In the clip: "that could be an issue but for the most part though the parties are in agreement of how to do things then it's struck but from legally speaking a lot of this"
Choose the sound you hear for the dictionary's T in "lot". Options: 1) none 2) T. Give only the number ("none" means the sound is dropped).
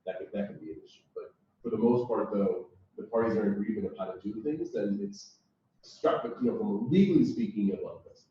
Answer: 1